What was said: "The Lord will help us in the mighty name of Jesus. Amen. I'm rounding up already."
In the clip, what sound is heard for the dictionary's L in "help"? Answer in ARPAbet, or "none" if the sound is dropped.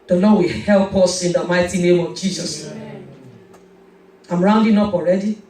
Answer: L